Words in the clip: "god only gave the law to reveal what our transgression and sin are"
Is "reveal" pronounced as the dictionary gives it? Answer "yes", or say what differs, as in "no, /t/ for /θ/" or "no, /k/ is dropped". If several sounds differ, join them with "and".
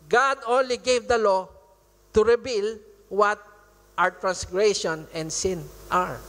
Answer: no, /b/ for /v/